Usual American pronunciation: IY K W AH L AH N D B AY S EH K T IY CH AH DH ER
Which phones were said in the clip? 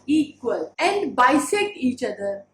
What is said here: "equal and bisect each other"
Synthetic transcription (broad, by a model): IY K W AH L AH N D B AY S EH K IY CH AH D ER